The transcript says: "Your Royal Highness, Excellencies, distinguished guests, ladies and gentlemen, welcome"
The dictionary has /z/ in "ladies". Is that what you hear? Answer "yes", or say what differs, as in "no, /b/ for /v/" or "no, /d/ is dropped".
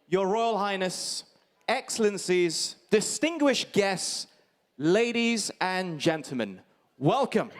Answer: yes